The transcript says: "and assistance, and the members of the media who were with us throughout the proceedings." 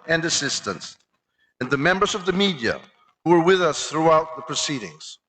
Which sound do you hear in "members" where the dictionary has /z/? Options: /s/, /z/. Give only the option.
/z/